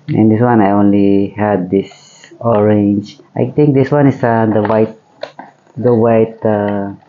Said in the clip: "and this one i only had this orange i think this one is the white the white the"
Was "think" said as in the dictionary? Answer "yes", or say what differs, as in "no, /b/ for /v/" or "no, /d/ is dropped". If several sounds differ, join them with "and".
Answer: no, /t/ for /θ/